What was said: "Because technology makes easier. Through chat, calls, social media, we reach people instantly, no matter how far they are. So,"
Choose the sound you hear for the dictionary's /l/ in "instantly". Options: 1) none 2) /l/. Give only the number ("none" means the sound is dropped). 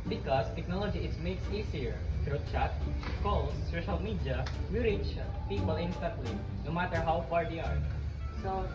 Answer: 2